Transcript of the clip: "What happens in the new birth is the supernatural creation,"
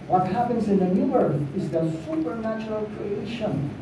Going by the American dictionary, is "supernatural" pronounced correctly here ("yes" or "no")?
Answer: yes